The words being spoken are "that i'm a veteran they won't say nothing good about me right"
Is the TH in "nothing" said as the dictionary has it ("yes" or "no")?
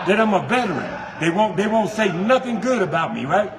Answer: yes